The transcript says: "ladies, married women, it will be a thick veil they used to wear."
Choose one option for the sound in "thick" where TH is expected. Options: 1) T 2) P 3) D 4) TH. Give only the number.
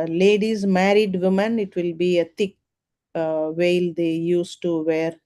1